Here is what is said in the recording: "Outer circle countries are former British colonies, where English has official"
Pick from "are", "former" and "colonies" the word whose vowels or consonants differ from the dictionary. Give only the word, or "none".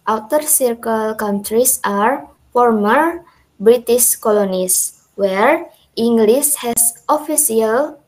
colonies